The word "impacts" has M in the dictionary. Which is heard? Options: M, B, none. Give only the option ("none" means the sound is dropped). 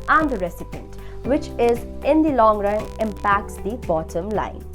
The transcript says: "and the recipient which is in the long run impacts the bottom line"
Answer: M